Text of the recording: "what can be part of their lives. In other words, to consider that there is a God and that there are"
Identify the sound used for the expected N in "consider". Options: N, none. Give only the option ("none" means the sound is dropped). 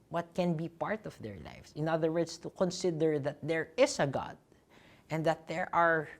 N